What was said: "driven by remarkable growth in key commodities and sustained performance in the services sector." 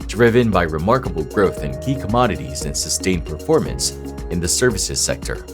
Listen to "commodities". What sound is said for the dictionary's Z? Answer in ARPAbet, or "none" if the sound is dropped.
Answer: Z